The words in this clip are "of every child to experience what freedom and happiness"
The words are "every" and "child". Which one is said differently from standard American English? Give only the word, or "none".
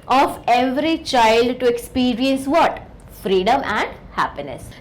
none